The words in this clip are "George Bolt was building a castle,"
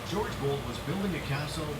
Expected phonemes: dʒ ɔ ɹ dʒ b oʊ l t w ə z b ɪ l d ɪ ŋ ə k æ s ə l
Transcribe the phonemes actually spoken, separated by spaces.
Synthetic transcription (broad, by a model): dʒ ɔ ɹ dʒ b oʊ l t w ə z b ɪ l d ɪ ŋ ə k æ s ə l